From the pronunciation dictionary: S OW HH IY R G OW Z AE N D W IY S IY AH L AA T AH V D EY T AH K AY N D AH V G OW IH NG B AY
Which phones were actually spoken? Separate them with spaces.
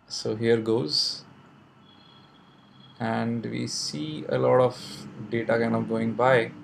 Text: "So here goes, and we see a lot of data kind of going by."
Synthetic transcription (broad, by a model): S OW HH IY R G OW Z AE N D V IY S IY AH L AA T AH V D EY T AH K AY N AH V G OW IH NG B AY